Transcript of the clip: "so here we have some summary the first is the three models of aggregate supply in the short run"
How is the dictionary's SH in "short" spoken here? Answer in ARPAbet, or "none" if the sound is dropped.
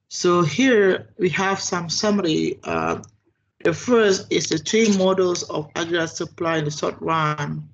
S